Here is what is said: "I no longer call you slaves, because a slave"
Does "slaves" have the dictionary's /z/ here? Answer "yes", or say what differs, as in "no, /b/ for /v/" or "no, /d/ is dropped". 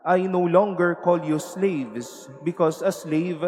no, /s/ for /z/